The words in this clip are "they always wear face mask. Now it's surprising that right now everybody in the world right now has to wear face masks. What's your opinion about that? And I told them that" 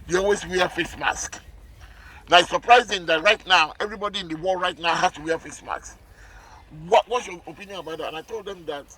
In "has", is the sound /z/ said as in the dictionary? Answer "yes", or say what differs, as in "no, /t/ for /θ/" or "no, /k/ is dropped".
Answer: no, /s/ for /z/